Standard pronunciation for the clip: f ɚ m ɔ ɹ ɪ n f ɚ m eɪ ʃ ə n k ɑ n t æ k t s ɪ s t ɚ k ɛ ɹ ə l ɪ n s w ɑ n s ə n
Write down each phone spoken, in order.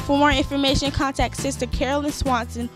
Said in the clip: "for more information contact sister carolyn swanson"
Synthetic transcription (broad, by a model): f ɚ m ɔ ɹ ɪ n f ɚ m eɪ ʃ ə n k ɑ n t æ k t s ɪ s t ɚ k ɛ ɹ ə l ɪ n s w ɑ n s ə n